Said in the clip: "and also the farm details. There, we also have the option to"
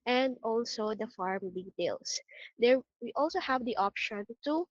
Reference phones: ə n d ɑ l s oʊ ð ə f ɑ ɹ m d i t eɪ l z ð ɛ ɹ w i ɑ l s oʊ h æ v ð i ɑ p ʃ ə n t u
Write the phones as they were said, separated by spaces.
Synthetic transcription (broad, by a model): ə n d ɑ l s oʊ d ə f ɑ ɹ m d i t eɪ l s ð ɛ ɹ w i ɑ l s oʊ h æ v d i ɑ p ʃ ə n t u